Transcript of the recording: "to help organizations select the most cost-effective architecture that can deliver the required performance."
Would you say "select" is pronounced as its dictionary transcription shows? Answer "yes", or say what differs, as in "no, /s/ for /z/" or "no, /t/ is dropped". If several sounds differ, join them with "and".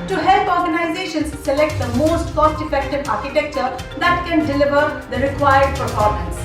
yes